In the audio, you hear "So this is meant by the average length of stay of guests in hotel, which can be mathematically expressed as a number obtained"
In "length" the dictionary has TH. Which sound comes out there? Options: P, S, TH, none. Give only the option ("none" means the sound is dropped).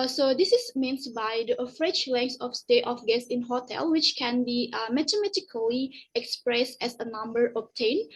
S